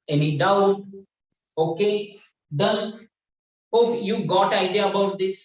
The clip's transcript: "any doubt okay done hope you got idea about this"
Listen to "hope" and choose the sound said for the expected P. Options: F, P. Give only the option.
F